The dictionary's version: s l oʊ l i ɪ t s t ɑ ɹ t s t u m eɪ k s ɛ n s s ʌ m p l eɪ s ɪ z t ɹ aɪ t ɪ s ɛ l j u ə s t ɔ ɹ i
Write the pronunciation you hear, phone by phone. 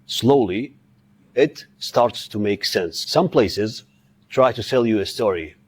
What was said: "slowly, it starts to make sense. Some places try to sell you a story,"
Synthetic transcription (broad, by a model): s l oʊ l i ɪ t s t ɑ ɹ t s t u m eɪ k s ɛ n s s ʌ m p l eɪ s ɪ z t ɹ aɪ t ɪ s ɛ l j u ə s t ɔ ɹ i